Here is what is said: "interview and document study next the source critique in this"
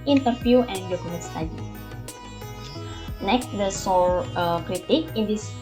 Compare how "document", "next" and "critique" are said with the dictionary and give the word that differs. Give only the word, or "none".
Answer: document